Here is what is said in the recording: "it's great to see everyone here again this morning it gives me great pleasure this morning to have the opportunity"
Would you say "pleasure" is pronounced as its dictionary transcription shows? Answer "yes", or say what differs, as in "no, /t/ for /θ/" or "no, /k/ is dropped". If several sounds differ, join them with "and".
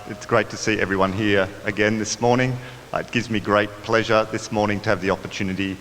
yes